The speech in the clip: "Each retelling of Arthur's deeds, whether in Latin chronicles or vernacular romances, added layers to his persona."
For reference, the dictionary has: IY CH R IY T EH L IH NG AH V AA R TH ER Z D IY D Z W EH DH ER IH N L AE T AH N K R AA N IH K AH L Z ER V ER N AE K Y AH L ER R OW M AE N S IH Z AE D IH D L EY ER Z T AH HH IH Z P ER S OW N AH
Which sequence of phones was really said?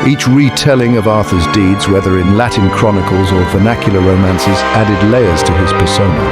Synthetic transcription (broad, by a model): IY CH R IY T EH L IH NG AH V AA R TH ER Z D IY D Z W EH DH ER IH N L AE T N K R AA N IH K AH L Z ER V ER N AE K Y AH L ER R OW M AE N S IH Z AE D IH D L EY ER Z T AH IH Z P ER S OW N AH